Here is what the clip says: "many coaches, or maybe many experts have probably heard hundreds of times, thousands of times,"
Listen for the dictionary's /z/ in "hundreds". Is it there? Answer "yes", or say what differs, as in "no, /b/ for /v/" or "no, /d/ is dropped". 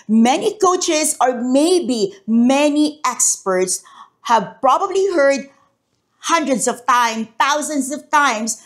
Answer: no, /s/ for /z/